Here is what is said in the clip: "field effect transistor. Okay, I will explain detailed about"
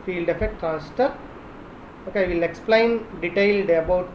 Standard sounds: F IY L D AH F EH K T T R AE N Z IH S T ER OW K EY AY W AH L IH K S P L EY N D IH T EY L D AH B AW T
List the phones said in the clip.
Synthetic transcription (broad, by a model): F IY L D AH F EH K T T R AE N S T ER OW K EY AY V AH L IH K S P L EY N D IH T EY L D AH B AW T